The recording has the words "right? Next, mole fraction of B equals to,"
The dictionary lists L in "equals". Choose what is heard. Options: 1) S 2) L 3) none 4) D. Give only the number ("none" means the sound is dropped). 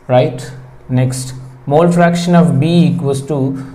3